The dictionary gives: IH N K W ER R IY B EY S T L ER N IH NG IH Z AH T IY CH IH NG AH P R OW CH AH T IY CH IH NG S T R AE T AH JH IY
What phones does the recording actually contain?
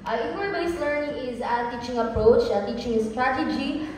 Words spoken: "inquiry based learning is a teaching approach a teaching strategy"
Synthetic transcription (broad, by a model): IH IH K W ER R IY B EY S L ER N IH NG IH Z AH T IY CH IH NG AH P R OW CH AH T IY CH IH NG S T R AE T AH JH IY